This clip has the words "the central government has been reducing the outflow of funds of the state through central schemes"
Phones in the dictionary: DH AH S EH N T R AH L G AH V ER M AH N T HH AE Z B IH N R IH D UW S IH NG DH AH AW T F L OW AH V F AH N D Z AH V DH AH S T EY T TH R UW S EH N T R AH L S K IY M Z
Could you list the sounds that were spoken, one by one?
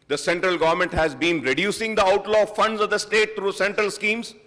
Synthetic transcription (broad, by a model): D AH S EH N T R AH L G AH V ER M AH N T HH AE Z B IH N R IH D UW S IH NG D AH AW T L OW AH F AH N D Z AH V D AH S T EY T T R UW S EH N T R AH L S K IY M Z